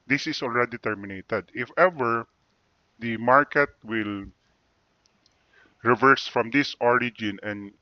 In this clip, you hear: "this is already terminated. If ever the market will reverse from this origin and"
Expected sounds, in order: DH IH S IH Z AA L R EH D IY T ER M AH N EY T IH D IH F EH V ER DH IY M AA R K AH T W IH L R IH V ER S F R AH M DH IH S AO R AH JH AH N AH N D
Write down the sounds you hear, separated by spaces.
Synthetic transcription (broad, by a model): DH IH S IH S AA L R EH D IY T ER M AH N EY T IH D IH F EH V ER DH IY M AA R K AH T W IH L R IH V ER S F R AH M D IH S AO R AH JH AH N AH N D